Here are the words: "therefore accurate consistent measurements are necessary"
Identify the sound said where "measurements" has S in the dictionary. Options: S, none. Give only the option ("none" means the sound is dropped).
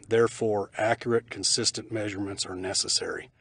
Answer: S